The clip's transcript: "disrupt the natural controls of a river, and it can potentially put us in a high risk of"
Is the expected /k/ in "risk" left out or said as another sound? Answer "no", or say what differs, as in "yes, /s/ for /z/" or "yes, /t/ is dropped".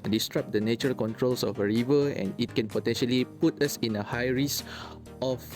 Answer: yes, /k/ is dropped